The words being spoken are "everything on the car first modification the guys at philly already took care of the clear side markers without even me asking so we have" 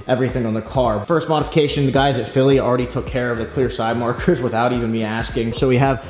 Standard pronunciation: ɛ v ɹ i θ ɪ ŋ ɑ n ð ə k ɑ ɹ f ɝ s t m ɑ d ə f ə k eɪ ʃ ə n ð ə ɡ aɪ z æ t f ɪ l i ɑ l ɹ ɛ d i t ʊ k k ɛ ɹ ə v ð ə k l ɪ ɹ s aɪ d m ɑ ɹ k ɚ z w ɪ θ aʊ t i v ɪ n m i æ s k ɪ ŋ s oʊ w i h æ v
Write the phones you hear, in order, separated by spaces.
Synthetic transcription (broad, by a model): ɛ v ɹ i θ ɪ ŋ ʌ n ð ə k ɑ ɹ f ɝ s t m ɑ d ə f ə k eɪ ʃ ə n ð ə ɡ aɪ z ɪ t f ɪ l i l ɹ ɛ d i t ʊ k k ɛ ɹ ə v ð ə k l ɪ ɹ s aɪ d m ɑ ɹ k ɚ z w ɪ θ aʊ t i v ɪ n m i æ s k ɪ ŋ s oʊ w i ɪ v